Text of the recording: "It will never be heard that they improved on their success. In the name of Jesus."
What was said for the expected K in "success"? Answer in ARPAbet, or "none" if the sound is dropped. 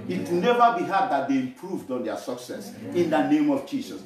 K